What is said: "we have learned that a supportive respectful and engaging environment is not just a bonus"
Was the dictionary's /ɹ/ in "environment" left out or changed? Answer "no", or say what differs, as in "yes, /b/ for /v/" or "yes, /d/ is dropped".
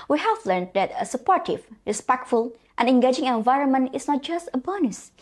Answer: no